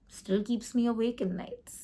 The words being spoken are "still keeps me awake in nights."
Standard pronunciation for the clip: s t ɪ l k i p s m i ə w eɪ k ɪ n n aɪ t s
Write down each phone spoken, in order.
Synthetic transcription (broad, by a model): s t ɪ l k i p s m i ə w eɪ k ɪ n n aɪ t s